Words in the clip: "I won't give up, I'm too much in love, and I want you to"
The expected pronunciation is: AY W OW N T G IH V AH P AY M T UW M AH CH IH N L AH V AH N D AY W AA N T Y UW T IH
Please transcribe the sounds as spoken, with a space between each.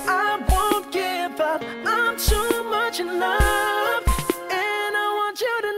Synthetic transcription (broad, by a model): AY W OW N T G IH V AH P AY M T UW M AH CH IH N AH F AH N AY W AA N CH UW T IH